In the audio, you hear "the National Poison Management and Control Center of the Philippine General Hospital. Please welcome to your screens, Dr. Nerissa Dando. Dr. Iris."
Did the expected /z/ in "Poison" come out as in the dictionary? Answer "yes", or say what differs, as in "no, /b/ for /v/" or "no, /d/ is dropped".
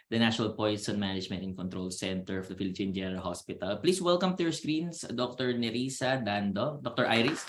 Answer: no, /s/ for /z/